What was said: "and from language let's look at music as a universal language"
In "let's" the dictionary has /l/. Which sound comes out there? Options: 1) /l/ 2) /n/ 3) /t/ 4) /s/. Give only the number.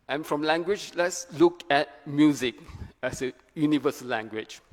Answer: 1